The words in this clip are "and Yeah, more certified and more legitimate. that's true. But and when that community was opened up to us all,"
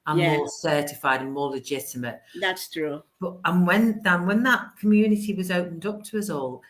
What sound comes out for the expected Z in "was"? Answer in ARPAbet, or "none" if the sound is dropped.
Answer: Z